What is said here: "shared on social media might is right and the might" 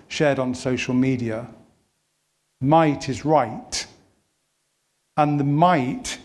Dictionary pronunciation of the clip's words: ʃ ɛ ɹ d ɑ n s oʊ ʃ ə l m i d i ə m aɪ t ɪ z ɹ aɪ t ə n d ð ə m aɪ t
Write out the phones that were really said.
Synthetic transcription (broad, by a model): ʃ ɛ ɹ d n s oʊ ʃ ə l m i d i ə m aɪ t ɪ z ɹ aɪ t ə n ð ə m aɪ t